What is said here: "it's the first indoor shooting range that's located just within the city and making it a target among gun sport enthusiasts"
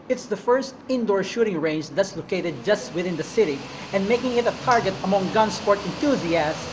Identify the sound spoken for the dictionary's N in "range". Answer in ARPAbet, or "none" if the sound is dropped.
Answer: N